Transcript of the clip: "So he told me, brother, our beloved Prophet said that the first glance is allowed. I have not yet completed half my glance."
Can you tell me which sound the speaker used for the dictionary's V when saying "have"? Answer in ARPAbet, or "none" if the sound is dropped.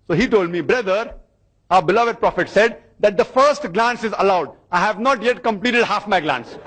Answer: V